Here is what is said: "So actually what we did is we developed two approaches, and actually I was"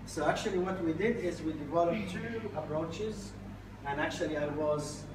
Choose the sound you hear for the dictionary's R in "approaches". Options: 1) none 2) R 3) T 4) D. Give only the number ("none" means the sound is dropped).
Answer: 2